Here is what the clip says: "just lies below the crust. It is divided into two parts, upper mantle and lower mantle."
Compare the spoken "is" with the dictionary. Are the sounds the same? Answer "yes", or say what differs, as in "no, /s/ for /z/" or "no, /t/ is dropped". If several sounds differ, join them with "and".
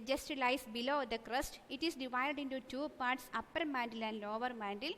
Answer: no, /s/ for /z/